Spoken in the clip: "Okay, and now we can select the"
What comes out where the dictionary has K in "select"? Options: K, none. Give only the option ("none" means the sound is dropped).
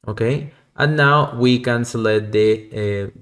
none